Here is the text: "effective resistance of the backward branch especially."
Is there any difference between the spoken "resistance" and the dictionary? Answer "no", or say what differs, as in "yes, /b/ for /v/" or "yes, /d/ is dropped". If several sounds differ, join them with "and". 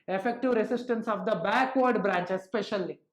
yes, /s/ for /z/